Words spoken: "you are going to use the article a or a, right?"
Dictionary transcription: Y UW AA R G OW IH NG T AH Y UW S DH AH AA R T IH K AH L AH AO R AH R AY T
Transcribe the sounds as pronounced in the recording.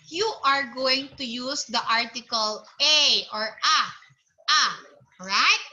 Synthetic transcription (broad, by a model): Y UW AA R G OW IH NG T AH Y UW S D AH AA R T IH K AH L AH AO R AH R AY T